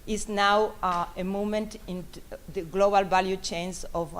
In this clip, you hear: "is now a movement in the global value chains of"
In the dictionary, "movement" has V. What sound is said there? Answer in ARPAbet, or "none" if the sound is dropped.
none